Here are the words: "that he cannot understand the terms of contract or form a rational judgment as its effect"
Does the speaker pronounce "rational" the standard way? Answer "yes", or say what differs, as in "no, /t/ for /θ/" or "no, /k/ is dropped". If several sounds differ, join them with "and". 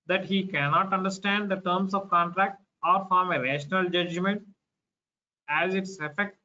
yes